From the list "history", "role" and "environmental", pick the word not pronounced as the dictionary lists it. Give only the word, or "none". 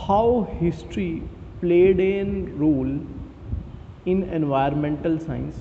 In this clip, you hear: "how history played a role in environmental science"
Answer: environmental